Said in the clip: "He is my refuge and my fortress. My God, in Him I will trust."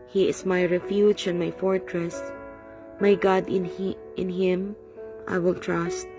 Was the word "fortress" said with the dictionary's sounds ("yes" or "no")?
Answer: yes